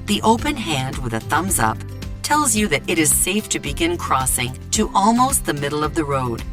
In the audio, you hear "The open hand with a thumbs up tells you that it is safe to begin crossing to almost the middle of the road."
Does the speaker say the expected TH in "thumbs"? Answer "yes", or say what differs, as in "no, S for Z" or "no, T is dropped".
yes